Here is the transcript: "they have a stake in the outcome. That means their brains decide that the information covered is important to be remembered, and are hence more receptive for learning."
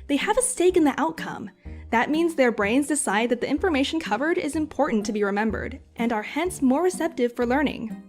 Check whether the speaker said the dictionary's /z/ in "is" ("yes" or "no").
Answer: yes